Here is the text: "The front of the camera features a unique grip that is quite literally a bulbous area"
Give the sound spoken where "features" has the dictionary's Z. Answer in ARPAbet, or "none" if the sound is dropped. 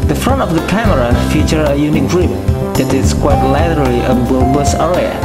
none